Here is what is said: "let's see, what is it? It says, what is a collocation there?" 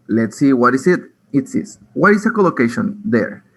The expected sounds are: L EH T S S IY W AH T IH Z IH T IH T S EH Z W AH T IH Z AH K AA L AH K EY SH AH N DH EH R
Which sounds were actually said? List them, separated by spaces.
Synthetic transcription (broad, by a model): L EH T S S IY W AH T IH S IH T IH T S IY S W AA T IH S AH K AA L AH K EY SH AH N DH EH R